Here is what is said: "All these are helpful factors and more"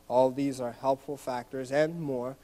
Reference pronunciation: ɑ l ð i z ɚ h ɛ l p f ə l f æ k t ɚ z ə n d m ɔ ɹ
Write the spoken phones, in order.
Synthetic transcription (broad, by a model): ɑ l ð i z ɚ h ɛ l p f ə l f æ k t ɚ z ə n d m ɔ ɹ